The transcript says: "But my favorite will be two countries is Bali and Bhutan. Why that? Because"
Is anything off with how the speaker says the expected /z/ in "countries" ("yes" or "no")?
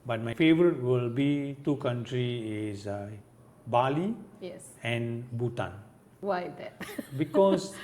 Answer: yes